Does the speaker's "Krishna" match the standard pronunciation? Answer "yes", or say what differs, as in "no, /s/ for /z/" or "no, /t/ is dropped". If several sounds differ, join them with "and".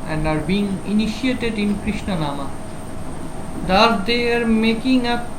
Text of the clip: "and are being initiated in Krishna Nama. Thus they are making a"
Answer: yes